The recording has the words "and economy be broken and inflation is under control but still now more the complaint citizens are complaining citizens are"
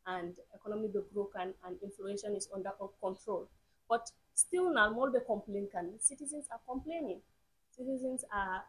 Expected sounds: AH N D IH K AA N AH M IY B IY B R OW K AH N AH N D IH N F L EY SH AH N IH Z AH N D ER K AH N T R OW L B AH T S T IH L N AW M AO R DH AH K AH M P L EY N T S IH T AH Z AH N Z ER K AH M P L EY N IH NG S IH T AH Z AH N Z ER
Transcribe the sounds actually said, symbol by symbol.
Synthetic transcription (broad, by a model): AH N D IH K AA N AH M IY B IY B R OW K AH N AH N D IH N F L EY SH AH N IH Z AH N D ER K AH N T R OW L B AH T S T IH L N AW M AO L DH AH K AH M P L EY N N S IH T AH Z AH N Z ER K AH M P L EY N IH NG S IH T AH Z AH N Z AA